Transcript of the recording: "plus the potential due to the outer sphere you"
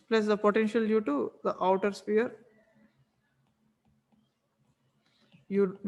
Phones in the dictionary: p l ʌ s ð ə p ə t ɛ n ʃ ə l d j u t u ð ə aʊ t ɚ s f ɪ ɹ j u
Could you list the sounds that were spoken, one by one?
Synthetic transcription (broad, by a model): p l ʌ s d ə p ə t ɛ n ʃ ə l d j u t u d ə aʊ t ɚ s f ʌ ɹ j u